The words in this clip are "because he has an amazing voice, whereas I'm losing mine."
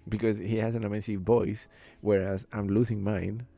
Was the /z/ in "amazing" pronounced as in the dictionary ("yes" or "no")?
no